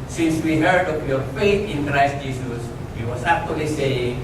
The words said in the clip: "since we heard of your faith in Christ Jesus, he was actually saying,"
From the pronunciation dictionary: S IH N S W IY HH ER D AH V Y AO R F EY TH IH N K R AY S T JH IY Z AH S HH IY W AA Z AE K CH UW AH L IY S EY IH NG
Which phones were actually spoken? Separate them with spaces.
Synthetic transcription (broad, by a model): S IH N S W IY HH ER D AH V Y AO R F EY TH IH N K R AY S T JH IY S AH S HH IY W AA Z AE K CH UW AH L IY S EY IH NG